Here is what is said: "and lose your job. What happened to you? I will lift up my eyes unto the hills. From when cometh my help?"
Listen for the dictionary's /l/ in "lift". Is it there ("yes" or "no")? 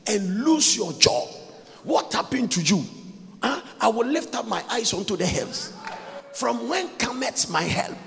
yes